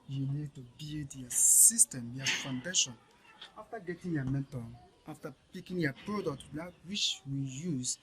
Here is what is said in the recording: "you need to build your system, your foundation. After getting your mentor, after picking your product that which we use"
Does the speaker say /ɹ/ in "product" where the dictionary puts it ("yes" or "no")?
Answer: yes